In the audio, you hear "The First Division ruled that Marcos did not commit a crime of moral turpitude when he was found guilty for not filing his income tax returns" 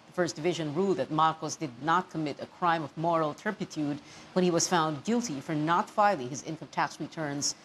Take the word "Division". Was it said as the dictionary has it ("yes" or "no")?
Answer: yes